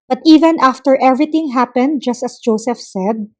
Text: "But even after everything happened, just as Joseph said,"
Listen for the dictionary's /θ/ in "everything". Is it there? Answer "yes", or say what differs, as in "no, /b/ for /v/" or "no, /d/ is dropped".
no, /t/ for /θ/